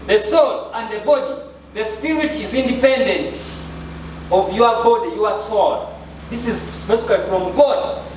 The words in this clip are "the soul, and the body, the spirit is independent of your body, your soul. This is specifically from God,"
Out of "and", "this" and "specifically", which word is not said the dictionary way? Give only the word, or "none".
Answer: specifically